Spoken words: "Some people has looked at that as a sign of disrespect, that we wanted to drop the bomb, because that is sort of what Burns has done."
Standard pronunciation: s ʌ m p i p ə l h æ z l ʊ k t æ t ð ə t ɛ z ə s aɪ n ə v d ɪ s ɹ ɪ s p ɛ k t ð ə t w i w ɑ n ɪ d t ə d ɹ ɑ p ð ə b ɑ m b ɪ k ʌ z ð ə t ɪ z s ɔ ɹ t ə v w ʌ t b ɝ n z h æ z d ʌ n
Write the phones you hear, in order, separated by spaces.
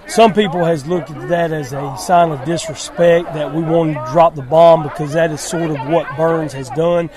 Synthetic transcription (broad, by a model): s ʌ m p i p l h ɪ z l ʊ k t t ð ə t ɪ z ə s aɪ n ə v d ɪ s ɹ ɪ s p ɛ k t ð ə t w i w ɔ ɪ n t d ɹ ɑ p ð ə b ɑ m b ɪ k ʌ z ð ə t ɪ z s ɔ ɹ t ə v w ʌ t b ɝ n z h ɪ z d ʌ n